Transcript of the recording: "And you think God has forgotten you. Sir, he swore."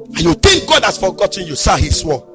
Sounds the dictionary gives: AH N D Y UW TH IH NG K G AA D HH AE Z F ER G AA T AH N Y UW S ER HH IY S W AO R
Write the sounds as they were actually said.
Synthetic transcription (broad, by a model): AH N Y UW T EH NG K G AA D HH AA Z F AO G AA T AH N Y UW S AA HH IY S W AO